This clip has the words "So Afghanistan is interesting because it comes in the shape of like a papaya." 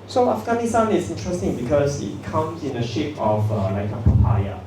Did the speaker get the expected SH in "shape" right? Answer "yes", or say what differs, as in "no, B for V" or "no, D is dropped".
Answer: yes